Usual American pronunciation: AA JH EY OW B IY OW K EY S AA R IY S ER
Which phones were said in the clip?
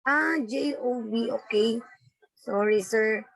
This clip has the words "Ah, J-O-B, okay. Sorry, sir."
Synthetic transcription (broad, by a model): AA JH EY OW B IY OW K EY S AA R IY S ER